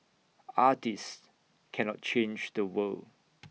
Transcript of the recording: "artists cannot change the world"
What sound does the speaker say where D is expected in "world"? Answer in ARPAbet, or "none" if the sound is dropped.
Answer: none